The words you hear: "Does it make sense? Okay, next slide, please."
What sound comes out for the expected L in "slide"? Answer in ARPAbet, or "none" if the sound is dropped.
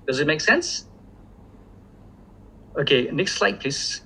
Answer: L